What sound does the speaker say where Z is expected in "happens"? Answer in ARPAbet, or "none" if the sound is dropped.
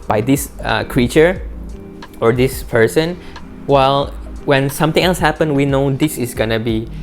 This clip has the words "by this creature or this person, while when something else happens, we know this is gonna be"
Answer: none